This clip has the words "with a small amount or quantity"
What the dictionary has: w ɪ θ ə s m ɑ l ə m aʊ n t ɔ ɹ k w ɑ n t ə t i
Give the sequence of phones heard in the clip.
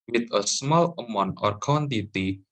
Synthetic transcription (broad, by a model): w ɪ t ə s m ɑ l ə m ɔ n ɔ ɹ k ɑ n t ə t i